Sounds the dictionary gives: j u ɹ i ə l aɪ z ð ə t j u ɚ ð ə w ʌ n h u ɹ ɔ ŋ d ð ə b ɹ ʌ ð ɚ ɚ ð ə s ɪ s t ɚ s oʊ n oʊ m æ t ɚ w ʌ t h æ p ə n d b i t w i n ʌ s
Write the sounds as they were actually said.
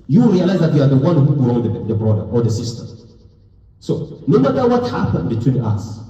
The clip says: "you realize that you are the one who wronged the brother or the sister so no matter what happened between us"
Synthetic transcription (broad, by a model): j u ɹ i ə l aɪ z ð ə t j u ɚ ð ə w ʌ n h u l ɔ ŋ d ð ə b ɹ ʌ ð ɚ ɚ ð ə s ɪ s t ɚ s oʊ n oʊ m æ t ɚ w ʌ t h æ p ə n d b i t w i n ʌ s